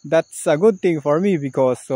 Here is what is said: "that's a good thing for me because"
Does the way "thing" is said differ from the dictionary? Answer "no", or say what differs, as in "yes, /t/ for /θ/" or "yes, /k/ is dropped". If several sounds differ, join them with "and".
yes, /t/ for /θ/